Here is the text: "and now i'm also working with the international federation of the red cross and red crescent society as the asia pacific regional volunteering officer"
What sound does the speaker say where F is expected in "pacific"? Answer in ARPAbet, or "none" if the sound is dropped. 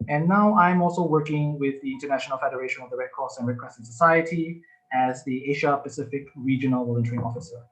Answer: F